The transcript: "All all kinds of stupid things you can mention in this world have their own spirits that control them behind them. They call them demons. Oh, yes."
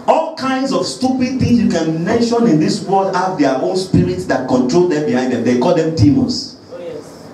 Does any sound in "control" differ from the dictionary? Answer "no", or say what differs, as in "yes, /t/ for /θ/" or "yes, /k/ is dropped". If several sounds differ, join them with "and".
no